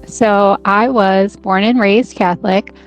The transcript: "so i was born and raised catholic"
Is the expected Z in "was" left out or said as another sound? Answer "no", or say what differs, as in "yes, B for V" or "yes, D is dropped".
no